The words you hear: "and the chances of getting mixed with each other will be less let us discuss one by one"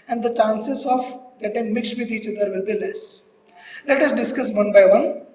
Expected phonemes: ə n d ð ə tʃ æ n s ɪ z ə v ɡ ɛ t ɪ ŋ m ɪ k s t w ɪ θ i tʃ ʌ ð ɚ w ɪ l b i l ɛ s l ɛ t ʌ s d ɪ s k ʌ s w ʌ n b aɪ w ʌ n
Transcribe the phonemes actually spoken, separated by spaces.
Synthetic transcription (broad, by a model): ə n d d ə tʃ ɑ n s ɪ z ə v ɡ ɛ t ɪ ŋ m ɪ k s t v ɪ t i tʃ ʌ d ɚ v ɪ l b i l ɛ s l ɛ t ʌ s d ɪ s k ʌ s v ʌ n b aɪ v ʌ n